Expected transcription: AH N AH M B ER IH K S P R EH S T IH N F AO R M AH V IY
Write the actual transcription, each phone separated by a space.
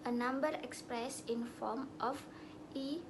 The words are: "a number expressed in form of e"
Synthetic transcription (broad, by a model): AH N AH M B ER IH K S P R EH S IH N F AO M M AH F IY